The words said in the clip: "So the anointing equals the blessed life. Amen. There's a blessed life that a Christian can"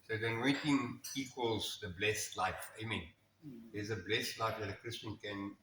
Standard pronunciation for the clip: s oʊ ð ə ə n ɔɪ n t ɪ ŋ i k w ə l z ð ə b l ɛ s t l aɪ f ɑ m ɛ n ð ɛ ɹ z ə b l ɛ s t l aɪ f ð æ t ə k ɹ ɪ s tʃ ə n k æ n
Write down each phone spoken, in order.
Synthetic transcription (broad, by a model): s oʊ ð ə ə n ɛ t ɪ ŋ i k w ə l z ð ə b l ɛ s t l aɪ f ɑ m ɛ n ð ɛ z ə b l ɛ s t l aɪ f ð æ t ə k ɹ ɪ s tʃ ə n k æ n